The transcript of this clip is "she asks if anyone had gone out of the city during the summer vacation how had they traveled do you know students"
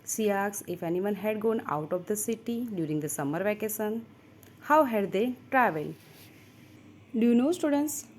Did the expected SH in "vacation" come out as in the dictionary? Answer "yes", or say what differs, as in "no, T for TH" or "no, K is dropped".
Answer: no, S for SH